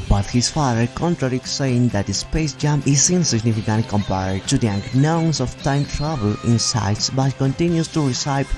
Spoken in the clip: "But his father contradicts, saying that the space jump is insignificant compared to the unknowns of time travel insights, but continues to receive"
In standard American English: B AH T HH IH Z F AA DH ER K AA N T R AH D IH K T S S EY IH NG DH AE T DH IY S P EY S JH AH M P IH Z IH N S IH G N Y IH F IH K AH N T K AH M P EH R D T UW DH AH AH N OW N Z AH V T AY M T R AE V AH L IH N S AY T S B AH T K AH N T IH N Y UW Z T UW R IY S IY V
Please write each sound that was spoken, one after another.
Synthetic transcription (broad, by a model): B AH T HH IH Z F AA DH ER K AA N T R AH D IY T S S EY IH NG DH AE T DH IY S P EY S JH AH M IH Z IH N S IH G N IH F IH K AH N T K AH M P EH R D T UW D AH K N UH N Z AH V T AY M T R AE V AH L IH N S AY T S B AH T K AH N T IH N Y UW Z T UW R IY S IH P